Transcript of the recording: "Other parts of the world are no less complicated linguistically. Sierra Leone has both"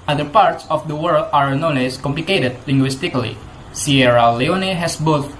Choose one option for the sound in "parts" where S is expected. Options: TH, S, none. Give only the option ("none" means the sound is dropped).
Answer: S